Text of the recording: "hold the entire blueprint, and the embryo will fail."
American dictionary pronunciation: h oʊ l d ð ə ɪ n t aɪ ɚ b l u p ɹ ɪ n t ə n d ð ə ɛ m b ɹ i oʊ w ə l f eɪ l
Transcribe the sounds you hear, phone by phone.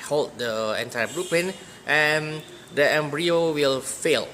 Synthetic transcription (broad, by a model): h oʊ l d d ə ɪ n t aɪ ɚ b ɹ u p ɪ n t ə n d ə ɛ m b ɹ i oʊ w ə l f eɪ l